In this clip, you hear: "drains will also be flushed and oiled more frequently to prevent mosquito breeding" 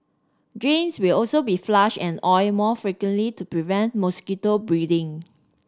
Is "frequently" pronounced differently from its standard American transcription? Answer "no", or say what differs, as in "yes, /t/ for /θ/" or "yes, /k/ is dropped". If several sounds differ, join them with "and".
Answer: no